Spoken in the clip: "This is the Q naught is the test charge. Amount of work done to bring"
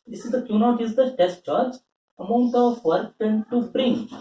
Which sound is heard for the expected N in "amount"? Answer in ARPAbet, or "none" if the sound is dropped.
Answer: none